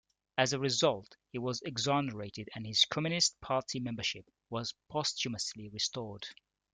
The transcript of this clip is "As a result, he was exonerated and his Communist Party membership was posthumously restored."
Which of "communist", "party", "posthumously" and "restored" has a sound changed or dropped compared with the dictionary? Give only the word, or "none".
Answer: none